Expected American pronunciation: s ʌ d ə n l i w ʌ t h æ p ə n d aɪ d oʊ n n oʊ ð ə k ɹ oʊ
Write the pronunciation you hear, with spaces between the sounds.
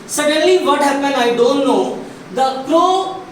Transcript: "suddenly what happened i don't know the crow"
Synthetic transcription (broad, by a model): s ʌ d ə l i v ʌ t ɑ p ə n aɪ d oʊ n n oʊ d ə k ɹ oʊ